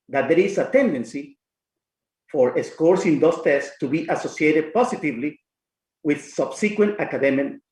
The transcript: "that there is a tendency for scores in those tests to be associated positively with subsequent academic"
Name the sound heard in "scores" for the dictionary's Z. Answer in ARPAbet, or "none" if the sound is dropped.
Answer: S